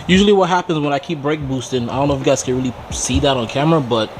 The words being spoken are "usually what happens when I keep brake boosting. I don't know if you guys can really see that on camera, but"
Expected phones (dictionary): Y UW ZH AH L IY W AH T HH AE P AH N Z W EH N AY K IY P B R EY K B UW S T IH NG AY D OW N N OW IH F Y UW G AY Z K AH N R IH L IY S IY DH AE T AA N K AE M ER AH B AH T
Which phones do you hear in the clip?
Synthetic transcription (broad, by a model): Y UW ZH L IY W AH T HH AE P AH N Z W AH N AY K IY P B R EY K B UW S T IH NG AY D OW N N OW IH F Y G AY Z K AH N R IH L IY S IY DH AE T N K AE M ER AH B AH T